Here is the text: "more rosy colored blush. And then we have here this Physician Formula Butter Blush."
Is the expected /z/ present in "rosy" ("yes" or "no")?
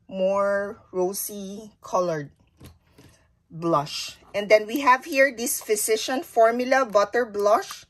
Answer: no